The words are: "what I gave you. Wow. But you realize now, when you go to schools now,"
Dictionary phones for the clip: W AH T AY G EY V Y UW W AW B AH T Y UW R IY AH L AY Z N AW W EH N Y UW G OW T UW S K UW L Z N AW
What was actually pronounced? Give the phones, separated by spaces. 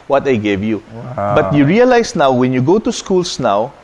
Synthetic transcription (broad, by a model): W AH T AY G EY V Y UW B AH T Y UW R IY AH L AY S N AW W EH N Y UW G OW T UW S K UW L S N AW